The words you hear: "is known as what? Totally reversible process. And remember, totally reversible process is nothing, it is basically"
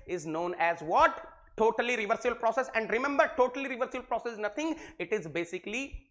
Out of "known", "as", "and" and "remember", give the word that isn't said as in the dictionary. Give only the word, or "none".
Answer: none